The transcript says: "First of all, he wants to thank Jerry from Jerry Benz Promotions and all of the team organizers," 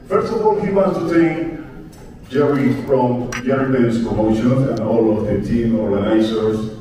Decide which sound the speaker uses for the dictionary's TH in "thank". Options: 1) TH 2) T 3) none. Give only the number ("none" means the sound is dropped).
2